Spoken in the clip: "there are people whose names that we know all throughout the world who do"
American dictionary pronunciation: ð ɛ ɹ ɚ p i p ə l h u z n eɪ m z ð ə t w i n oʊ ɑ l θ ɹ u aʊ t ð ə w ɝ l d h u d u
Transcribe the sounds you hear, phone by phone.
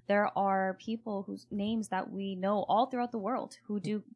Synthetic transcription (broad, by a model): ð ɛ ɹ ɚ p i p l h u z n eɪ m z ð ə t w i n oʊ ɑ l θ ɹ u aʊ t ð ə w ɝ l d h u d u